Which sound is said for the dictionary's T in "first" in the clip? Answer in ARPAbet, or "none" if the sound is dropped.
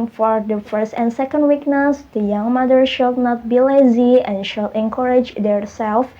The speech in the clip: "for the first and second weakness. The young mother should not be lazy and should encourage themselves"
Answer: T